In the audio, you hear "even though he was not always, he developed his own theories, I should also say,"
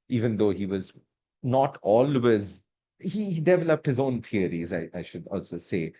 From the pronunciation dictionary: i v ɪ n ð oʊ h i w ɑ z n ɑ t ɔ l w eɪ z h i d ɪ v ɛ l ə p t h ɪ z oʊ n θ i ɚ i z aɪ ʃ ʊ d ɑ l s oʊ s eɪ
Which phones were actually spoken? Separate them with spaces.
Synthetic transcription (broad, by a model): i v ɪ n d oʊ h i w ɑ z n ɑ t ɔ l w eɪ z h i d ɪ v ɛ l ə p t h ɪ z oʊ n t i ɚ i z aɪ ʃ ʊ d ɑ l s oʊ s eɪ